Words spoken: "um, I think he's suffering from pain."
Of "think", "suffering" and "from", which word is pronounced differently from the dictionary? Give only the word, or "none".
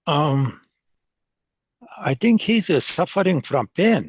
none